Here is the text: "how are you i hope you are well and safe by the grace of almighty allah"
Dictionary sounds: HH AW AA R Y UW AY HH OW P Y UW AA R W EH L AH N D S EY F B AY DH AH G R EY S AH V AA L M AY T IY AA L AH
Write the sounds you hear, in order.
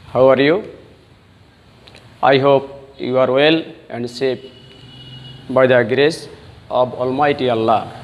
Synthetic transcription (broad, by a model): HH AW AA R Y UW AY HH OW P Y UW AA R W EH L AH N D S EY P B AY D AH G R EY S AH B AA L M AY T IY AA L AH